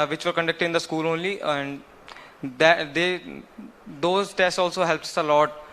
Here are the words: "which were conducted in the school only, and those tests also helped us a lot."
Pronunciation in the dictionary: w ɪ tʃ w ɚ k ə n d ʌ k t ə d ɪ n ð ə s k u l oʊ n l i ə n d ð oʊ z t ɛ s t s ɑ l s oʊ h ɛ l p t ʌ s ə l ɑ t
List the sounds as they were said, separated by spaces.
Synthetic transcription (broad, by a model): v ɪ tʃ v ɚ k ə n d ʌ k t ə d ɪ n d ə s k u l oʊ n l i ə n d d oʊ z t ɛ s t s ɑ l s oʊ h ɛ l p ʌ s ə l ɑ t